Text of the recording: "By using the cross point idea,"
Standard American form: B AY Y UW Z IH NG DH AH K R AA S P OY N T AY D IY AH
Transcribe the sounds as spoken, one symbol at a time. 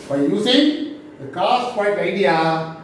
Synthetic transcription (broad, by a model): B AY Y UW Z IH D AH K AA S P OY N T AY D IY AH